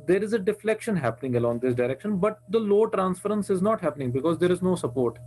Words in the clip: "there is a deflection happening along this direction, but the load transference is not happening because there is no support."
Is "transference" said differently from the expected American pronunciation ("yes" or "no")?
no